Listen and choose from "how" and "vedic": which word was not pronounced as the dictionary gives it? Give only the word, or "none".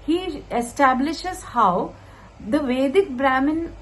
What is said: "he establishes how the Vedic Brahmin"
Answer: none